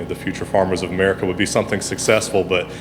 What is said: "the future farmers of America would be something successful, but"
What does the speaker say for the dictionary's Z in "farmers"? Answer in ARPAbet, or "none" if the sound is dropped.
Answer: Z